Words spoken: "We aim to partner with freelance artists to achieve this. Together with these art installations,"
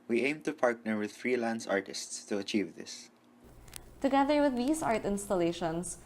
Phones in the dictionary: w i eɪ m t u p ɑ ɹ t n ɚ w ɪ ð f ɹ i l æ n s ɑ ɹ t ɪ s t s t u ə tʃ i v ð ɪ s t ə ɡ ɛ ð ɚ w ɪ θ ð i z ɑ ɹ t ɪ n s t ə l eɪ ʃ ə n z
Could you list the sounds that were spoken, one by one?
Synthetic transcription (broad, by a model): w i eɪ m t u p ɑ ɹ t n ɚ w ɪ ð f ɹ i l æ n s ɑ ɹ t ɪ s t s t u ə tʃ i v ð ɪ s t ə ɡ ɛ ð ɚ w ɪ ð i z ɑ ɹ t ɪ n s t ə l eɪ ʃ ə n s